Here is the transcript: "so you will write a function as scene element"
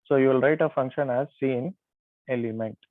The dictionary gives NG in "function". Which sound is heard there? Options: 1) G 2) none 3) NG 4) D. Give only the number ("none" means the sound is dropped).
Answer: 3